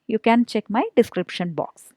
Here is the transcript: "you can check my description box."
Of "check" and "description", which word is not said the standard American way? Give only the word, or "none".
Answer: none